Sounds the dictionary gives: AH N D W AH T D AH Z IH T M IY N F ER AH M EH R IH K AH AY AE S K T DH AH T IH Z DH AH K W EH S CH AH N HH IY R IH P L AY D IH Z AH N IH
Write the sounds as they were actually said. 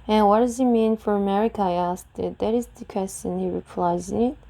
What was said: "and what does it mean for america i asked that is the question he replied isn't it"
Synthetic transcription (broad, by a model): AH N W AH T D AH Z IH T M IY N F ER AH M EH R IH K AH AY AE S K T DH AH T IH Z DH AH K W EH S CH AH N HH IY R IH P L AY IH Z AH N